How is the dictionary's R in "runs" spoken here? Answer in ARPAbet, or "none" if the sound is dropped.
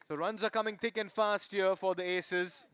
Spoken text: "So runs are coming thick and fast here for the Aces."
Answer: R